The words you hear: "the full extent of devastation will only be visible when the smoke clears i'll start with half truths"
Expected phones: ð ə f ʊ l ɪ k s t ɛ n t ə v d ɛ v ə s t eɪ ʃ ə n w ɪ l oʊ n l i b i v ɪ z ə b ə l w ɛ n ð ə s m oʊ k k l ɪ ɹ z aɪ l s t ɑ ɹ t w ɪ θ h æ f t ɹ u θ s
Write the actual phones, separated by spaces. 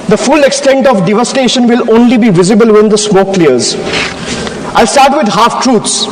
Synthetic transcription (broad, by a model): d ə f ʊ l ɪ k s t ɛ n t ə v d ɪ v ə s t eɪ ʃ ə n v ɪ l oʊ n l i b i v ɪ z ə b ə l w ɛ n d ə s m oʊ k k l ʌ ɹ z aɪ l s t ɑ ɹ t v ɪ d h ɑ f t ɹ u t s